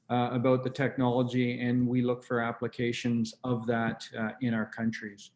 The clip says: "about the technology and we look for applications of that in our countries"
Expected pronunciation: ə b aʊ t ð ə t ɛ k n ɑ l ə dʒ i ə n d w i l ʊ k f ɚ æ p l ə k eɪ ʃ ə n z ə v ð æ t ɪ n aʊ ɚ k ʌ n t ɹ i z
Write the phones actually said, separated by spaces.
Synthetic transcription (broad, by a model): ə b aʊ t ð ə t ɛ k n ɑ l ə dʒ i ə n w i l ʊ k f ɚ æ p l ə k eɪ ʃ ə n z ə v ð æ t ɪ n aʊ ɚ k ʌ n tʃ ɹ i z